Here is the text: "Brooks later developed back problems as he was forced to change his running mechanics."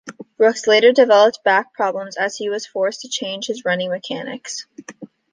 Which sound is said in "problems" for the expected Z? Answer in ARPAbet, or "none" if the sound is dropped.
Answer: Z